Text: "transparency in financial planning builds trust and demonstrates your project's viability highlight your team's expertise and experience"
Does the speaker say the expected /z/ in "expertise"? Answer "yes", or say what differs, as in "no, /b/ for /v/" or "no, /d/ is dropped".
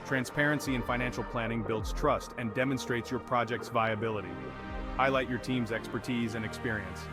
yes